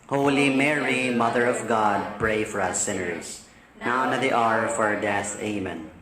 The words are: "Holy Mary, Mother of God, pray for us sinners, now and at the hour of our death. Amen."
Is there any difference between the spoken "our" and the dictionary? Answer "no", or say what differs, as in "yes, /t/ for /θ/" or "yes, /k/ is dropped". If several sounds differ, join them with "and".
no